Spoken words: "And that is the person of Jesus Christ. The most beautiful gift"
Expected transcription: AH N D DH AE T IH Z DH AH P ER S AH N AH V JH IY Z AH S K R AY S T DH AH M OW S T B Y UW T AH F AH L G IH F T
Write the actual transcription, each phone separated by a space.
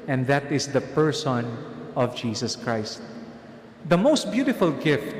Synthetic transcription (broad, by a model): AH N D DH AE T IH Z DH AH P ER S AH N AH V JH IY S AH S K R AY S T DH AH M OW S T B Y UW T AH F AH L G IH F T